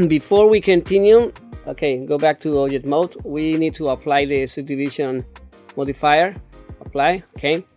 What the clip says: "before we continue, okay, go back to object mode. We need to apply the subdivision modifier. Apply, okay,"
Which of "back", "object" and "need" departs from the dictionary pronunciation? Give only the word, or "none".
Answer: object